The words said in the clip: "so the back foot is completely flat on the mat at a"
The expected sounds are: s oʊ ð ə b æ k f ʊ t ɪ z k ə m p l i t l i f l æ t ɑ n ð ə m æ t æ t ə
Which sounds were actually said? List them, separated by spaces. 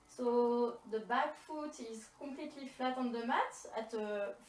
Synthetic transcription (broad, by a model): s oʊ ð ə b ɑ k f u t ɪ z k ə p l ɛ t l i f l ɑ t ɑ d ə m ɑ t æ t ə